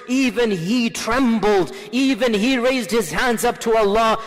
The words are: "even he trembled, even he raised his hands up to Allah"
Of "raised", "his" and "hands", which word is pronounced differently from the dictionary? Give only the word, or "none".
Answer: none